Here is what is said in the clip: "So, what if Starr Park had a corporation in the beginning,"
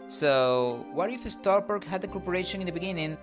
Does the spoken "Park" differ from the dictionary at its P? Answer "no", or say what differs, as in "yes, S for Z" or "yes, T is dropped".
yes, B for P